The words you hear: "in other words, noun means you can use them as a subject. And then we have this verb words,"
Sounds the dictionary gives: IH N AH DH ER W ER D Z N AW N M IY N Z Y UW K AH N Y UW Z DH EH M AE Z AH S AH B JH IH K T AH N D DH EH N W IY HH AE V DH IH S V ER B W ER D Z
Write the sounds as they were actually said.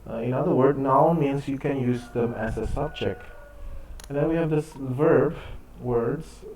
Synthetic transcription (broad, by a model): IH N AH DH ER W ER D N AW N M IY N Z Y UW K AH N Y UW Z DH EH M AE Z AH S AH B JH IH K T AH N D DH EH N W IY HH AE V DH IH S V ER B W ER D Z